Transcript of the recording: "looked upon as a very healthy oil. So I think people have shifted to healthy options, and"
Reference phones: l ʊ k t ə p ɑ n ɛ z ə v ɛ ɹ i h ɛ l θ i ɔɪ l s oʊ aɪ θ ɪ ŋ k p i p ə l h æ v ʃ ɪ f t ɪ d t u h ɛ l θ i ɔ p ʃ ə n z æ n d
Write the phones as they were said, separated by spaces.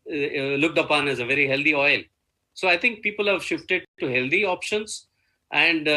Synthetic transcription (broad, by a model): l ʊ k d ə p ɑ n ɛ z ə v ɛ ɹ i h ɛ l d i ɔɪ l s oʊ aɪ t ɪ ŋ k p i p ə l h æ v ʃ ɪ f t ɪ d t u h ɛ l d i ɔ p ʃ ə n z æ n d